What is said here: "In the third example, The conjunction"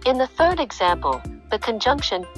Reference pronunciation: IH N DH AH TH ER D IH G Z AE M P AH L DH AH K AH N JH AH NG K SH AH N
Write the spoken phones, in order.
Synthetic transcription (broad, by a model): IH N DH AH TH ER D IH G Z AE M P AH L DH AH K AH N JH AH NG K SH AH N